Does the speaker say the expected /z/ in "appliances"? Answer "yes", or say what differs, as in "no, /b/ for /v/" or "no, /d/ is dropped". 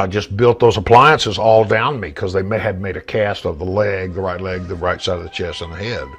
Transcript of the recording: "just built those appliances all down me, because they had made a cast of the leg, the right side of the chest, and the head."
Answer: yes